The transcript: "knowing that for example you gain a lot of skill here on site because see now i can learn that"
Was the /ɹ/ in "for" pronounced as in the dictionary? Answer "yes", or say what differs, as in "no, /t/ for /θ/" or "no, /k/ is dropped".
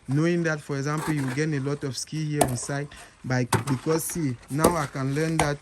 yes